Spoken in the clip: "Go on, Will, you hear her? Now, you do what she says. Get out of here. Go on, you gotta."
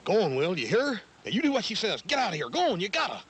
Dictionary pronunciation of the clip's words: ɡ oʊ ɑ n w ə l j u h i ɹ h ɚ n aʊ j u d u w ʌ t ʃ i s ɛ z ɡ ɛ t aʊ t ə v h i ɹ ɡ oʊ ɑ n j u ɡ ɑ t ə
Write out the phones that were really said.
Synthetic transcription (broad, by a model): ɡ oʊ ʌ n w ə l j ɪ h i ɹ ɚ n j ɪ d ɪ w ʌ t ʃ i s ɛ z ɡ ɛ t aʊ t h i ɹ ɡ oʊ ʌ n j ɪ ɡ ɑ t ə